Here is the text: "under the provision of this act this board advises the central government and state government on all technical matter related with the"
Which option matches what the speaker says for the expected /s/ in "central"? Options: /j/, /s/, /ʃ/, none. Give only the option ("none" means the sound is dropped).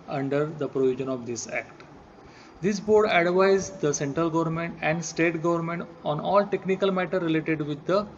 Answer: /s/